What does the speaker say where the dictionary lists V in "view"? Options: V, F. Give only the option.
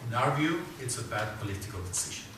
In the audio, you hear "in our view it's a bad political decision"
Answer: V